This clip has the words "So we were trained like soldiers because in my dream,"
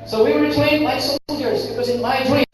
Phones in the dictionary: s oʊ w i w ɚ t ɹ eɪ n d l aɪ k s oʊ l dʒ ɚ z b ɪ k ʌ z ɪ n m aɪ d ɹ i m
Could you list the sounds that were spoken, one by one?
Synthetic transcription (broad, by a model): s oʊ w i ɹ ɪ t eɪ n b aɪ s oʊ l dʒ ɚ z b ɪ k ʌ z ɪ n m aɪ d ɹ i